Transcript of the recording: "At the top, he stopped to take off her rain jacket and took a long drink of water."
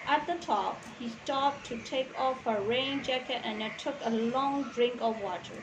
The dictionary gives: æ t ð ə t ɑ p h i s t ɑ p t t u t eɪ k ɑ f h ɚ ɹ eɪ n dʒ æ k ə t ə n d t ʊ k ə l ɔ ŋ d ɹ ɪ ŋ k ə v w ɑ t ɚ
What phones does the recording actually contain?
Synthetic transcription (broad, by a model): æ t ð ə t ɑ p h i s t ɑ p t t u t eɪ k ɑ f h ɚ ɹ eɪ n dʒ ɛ k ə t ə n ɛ t ʊ k ə l ɔ ŋ d ɹ ɪ ŋ k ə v w ɑ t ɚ